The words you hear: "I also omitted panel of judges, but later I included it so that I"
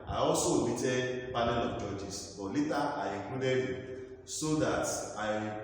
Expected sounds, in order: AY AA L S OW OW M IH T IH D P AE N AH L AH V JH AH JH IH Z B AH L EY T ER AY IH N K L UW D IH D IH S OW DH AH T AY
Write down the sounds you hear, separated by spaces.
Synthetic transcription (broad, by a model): AY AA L S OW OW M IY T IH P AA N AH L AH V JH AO JH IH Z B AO L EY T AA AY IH K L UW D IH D IH S OW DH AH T AY